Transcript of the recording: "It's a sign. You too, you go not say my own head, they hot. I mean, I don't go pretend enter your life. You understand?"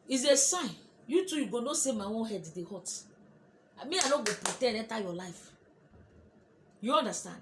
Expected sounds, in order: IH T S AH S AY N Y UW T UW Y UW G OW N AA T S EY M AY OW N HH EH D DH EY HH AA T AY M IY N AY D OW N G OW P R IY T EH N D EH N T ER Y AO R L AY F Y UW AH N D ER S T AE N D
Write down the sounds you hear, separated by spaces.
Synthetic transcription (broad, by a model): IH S AH S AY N Y UW T UW Y UW G OW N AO S EY M AY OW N HH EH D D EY HH AA T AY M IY AY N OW G OW P R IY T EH D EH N T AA Y AO L AY F Y UW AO N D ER S T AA N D